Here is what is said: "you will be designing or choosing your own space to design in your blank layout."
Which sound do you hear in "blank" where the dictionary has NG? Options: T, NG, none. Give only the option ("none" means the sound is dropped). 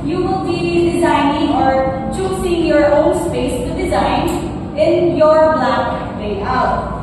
none